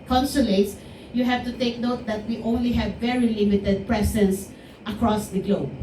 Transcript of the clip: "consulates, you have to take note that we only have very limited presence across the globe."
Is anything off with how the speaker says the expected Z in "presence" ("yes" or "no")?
yes